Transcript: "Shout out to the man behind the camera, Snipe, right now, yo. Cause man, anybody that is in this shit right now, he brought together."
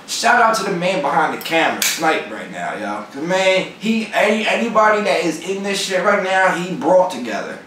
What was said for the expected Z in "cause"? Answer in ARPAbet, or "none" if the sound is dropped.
none